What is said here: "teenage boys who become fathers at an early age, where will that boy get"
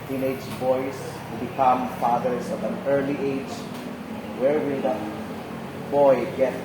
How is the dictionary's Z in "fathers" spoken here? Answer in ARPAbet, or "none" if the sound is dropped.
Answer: S